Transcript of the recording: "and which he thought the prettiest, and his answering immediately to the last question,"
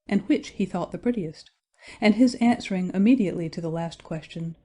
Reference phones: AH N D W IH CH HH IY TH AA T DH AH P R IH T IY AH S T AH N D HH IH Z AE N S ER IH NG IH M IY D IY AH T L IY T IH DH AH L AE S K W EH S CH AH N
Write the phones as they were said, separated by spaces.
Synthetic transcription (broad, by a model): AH N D W IH CH HH IY TH AA T DH AH P R IH T IY AH S T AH N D IH Z AE N S ER IH NG IH M IY D IY AH T L IY T IH DH AH L AE S K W EH S CH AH N